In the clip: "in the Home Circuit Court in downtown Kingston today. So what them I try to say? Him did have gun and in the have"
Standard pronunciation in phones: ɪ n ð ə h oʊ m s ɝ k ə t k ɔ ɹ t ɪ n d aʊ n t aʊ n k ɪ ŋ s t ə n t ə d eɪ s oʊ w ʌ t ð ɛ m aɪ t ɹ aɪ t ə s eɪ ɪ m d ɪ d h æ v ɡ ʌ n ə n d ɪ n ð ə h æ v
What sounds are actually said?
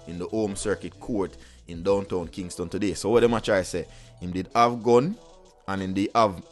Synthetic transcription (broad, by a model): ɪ n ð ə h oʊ m s ɝ k ə t k ɔ ɹ t ɪ n d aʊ n t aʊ n k ɪ ŋ s t ə n t ə d eɪ s oʊ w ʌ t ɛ m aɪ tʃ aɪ s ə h ɪ m d ɪ d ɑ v ɡ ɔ n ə n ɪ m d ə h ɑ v